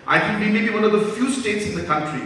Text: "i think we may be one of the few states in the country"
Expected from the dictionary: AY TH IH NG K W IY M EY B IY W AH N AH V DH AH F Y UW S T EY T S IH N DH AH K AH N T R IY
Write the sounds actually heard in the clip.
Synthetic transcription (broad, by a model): AY T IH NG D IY M EY B IY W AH N AH V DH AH F Y UW S T EY T S IH N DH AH K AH N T R IY